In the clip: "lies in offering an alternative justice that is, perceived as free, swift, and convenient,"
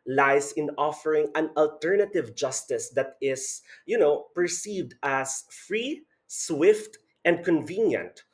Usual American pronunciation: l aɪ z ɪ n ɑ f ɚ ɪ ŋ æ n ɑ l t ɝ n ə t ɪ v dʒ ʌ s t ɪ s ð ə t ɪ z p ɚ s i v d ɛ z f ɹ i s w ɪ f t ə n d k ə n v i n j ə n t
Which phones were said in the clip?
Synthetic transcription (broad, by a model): l aɪ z ɪ n ɑ f ɚ ɪ ŋ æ n ɑ l t ɝ n ə t ɪ v dʒ ʌ s t ɪ s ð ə t ɪ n p ɚ s i v d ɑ s f ɹ i s w ɪ f t ə n d k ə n v i n j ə n t